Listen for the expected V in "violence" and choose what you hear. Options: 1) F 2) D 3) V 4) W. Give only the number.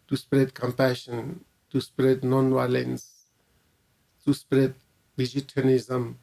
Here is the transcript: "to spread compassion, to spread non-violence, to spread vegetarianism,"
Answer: 4